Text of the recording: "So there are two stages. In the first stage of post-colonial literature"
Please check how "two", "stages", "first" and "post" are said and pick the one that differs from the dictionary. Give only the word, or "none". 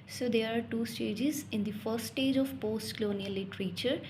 first